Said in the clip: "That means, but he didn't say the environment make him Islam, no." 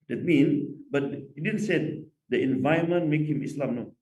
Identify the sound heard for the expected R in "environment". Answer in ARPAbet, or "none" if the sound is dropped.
none